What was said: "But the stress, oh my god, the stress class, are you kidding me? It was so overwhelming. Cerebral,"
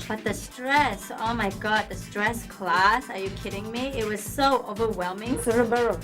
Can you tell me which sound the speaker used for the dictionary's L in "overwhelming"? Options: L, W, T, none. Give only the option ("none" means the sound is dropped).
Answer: L